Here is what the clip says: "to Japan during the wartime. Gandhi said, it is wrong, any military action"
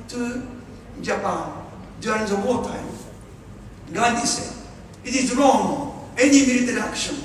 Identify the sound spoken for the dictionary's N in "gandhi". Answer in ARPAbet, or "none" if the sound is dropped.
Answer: none